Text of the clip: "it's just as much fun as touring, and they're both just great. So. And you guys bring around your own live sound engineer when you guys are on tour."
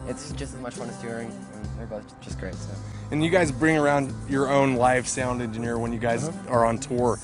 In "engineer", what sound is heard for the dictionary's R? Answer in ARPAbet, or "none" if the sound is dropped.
R